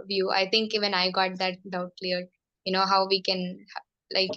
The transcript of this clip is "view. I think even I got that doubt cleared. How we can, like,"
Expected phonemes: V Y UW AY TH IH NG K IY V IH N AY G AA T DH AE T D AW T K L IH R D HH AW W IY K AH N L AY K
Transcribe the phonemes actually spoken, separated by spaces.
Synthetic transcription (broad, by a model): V Y UW AY T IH NG K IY V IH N AY G AA T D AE T D AW T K L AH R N HH AW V IY K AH N L AY K